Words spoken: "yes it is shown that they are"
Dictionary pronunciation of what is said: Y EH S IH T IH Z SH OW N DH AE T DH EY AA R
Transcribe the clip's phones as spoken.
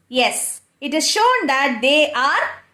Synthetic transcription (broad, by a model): Y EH S IH T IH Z SH OW N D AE T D EY AA R